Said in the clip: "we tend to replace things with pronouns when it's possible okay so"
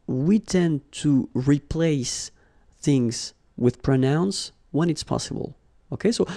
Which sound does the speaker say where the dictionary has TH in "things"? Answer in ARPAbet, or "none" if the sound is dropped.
TH